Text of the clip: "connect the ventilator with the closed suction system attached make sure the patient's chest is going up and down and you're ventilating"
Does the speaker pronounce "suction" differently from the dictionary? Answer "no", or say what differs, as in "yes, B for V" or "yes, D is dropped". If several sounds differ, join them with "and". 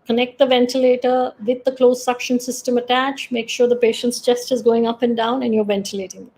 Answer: no